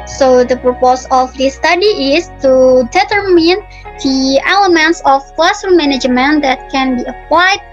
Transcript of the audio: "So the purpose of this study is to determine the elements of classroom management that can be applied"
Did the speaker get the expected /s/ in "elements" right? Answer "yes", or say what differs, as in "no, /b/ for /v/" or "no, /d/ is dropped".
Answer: yes